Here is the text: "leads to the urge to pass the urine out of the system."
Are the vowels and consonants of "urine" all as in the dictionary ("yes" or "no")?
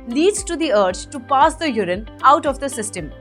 yes